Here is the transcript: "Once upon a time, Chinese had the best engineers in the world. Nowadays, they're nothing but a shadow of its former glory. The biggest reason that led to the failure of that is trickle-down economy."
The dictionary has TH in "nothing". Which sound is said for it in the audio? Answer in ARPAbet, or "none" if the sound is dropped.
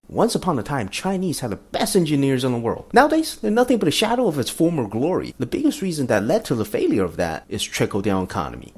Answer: TH